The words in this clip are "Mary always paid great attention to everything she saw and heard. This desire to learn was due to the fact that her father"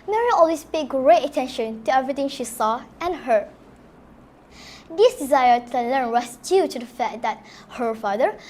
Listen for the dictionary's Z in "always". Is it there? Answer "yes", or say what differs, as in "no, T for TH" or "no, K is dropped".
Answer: no, S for Z